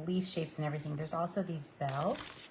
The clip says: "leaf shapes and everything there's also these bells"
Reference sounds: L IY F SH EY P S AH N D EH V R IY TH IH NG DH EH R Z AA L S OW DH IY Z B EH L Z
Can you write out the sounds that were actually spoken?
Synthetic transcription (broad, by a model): L IY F SH EY P S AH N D EH V R IY TH IH NG DH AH R Z AA L S OW DH IY Z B EH L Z